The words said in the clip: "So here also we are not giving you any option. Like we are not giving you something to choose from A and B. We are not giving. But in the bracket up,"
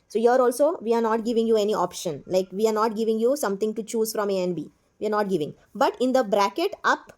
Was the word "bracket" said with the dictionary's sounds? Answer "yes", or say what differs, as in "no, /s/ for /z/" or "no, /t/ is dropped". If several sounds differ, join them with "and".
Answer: yes